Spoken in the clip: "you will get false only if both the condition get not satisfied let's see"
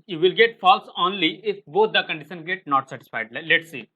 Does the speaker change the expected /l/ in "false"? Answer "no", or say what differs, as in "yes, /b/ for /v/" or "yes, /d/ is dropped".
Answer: no